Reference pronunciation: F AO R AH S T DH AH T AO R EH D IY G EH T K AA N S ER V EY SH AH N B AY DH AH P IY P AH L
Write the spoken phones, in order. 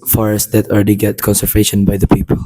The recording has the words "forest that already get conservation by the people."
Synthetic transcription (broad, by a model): F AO R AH S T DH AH T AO L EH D IY G EH T K AA N S ER V EY SH AH N B AY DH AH P IY P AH L